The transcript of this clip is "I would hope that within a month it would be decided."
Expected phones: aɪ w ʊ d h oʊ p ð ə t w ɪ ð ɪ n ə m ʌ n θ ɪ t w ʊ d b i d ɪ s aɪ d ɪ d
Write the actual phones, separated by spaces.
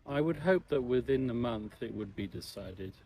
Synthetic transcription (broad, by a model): aɪ w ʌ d h oʊ p ð ə t w ɪ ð ɪ n ə m ʌ n θ ɪ t w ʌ d b i d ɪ s aɪ d ɪ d